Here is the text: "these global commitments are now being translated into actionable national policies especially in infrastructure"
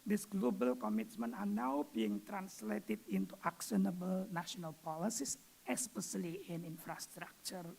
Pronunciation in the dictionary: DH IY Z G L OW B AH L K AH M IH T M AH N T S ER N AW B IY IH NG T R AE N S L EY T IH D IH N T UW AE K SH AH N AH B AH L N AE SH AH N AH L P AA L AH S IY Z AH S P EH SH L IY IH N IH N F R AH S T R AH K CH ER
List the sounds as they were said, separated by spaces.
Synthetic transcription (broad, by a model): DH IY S G L OW B AH L K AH M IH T M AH N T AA N AW B IY IH NG T R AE N S L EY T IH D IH N T UW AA K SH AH N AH B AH L N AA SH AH N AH L P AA L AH S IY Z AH S P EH S L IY IH N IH N F R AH S T R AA K CH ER